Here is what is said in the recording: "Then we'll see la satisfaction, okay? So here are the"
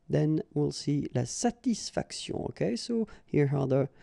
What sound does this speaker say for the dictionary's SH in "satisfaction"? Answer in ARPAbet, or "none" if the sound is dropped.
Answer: S